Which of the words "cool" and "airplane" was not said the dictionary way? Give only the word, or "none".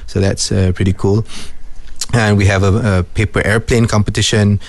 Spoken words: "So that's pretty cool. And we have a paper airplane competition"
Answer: none